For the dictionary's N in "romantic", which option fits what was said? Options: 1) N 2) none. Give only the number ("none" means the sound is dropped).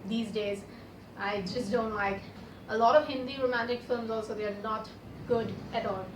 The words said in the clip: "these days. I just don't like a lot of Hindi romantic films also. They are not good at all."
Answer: 1